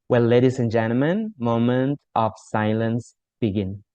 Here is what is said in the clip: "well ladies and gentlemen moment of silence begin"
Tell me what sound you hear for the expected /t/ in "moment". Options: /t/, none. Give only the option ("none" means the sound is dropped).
/t/